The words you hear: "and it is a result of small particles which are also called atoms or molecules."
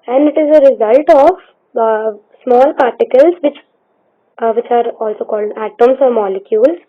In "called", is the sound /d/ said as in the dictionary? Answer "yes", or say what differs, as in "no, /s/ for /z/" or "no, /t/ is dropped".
yes